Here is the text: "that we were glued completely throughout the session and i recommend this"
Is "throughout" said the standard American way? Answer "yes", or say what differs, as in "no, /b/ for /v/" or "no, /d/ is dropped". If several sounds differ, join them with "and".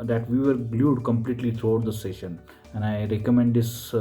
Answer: no, /t/ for /θ/